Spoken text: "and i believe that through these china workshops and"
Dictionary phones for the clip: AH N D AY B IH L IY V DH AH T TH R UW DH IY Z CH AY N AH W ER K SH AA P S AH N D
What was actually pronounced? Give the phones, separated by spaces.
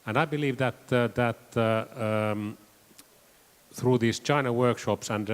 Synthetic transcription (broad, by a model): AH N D AY B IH L IY V DH AH T TH R UW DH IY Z CH AY N AH W ER K SH AA P S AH N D